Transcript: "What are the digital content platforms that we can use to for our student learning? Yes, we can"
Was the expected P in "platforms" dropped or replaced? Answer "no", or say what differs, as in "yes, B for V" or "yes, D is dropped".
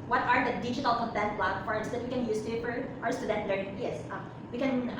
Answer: yes, B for P